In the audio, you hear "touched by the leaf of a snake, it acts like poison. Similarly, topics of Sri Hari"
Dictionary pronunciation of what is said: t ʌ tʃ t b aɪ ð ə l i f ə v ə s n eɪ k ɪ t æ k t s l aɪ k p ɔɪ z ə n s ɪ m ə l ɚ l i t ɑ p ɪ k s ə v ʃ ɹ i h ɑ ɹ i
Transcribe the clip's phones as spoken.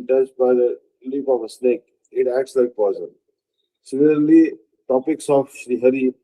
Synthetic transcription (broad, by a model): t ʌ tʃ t b aɪ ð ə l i p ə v ə s n eɪ k ɪ t æ k t s l aɪ k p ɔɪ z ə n s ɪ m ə l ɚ l i t ɑ p ɪ k s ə f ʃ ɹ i h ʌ ɹ i